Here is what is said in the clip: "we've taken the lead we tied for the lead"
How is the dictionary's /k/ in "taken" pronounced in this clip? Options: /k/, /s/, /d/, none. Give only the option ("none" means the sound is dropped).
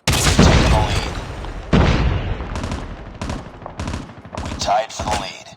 none